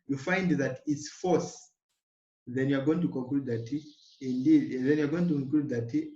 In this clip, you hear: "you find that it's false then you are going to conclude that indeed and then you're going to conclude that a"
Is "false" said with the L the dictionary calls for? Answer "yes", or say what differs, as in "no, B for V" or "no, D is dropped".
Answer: no, L is dropped